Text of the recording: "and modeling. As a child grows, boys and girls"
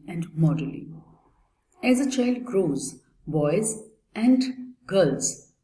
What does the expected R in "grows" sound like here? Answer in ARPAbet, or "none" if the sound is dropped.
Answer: R